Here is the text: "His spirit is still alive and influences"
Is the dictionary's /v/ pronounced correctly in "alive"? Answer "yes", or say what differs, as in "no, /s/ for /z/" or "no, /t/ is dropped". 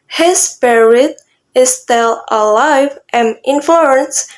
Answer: yes